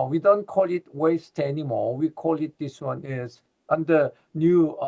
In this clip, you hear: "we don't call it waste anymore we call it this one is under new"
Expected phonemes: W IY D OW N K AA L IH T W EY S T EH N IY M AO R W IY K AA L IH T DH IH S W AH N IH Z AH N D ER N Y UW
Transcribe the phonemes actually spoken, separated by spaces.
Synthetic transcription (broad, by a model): W IY D OW N K AA L IH T W EY S T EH N IY M AO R W IY K AA L IH T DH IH S W AH N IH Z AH N D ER N Y UW